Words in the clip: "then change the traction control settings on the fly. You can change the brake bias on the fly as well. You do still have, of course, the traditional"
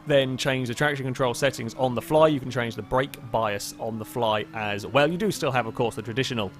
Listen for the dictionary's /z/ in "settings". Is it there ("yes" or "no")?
yes